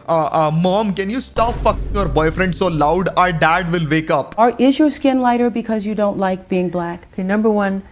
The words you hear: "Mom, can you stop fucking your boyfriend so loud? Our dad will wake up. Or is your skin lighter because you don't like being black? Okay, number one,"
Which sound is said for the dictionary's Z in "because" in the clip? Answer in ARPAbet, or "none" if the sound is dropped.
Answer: Z